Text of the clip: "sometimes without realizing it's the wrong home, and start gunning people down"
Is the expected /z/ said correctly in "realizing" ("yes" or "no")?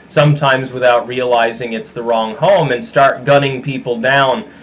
yes